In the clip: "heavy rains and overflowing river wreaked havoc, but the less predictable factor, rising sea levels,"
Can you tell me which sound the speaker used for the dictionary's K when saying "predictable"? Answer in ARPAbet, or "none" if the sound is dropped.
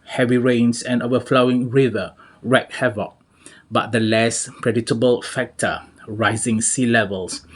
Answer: none